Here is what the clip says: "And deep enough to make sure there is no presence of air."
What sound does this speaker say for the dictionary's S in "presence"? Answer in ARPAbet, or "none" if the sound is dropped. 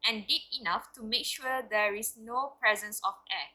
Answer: S